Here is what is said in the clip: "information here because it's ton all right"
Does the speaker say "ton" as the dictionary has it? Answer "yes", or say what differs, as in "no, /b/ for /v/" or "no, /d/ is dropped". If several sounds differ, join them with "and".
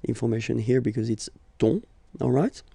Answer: no, /n/ is dropped